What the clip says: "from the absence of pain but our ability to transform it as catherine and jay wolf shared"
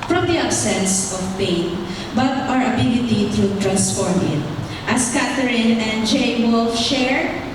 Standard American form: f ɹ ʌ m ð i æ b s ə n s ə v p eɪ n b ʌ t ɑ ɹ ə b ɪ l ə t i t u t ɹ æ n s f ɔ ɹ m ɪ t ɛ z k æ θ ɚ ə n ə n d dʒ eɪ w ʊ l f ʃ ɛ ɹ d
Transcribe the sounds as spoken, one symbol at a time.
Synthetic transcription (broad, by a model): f ɹ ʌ m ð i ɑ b s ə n s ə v p eɪ n b ʌ t ɑ ɹ ə b ɪ l ə t i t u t ɹ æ n s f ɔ ɹ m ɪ t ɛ s k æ t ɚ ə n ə n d dʒ eɪ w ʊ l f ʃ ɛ ɹ